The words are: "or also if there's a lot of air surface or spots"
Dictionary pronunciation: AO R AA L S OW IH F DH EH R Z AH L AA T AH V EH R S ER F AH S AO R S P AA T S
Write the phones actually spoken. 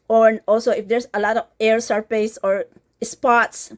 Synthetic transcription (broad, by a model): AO R AA L S OW IH F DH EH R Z AH L AA T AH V EH R S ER P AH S AO R S P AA T S